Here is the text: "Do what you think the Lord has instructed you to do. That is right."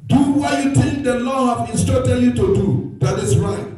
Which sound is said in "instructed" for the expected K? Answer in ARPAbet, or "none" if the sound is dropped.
none